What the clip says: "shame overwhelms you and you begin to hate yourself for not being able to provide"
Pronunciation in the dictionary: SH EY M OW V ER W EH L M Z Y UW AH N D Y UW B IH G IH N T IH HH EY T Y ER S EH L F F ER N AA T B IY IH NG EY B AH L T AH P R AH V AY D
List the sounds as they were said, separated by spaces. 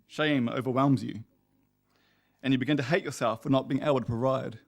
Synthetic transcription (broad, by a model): SH EY M OW V ER W EH L M Z Y UW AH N Y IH B IH G IH N T IH HH EY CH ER S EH L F F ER N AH T B IY IH NG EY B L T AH P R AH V AY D